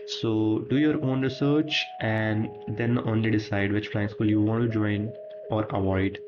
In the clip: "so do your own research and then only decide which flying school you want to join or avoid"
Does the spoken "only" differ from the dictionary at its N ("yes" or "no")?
no